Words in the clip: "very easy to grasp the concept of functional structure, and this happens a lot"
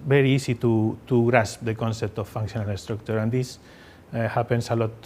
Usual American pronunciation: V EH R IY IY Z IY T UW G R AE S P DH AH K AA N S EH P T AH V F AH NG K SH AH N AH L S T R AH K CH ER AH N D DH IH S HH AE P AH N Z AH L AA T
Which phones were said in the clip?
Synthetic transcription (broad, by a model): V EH R IY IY S IY T UW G R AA S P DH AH K AA N S EH P T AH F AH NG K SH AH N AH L S T R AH K CH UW AH N D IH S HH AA P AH N S AH L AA T